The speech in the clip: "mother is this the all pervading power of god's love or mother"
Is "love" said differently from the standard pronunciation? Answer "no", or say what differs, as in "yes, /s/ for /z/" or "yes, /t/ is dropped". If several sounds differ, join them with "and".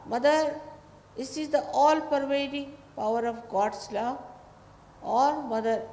yes, /v/ is dropped